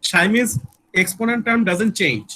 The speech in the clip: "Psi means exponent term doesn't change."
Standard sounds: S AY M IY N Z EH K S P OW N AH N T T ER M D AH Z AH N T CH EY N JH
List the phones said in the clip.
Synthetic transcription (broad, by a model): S AY M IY Z EH K S P OW N AH N T T ER M D AH Z AH N T CH EY N JH